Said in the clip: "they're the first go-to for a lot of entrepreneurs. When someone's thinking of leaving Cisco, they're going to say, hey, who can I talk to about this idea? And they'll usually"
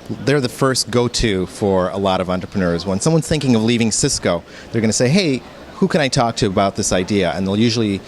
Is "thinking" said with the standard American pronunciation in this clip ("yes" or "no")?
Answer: yes